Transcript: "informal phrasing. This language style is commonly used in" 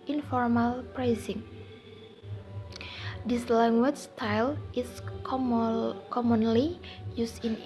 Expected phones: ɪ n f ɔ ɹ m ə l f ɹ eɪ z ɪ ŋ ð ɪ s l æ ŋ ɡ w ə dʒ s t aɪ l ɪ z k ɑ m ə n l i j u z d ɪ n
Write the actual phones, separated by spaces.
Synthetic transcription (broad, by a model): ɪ n f ɔ ɹ m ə l p ɹ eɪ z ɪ ŋ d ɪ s l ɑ ŋ ɡ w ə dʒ s t aɪ l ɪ s k ɑ m ə n l i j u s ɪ n